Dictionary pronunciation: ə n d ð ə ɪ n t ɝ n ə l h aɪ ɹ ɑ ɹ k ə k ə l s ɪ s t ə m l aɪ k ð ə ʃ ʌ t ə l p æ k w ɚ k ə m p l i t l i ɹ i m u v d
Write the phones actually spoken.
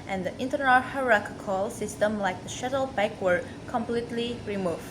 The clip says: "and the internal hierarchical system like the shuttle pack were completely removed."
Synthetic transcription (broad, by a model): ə n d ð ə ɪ n t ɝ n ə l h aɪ ɹ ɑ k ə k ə l s ɪ s t ə m l aɪ k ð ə ʃ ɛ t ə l b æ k w ɚ k ə m p l i t l i ɹ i m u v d